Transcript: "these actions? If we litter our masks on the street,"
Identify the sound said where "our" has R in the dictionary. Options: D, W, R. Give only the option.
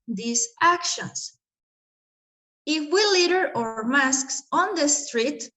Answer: R